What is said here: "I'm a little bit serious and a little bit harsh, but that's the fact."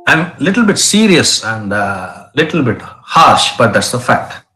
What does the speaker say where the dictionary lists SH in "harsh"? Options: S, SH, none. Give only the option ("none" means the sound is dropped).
SH